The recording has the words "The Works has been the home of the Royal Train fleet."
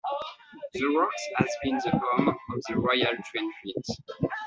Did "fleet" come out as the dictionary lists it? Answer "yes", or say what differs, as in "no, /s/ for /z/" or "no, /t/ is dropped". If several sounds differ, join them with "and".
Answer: no, /l/ is dropped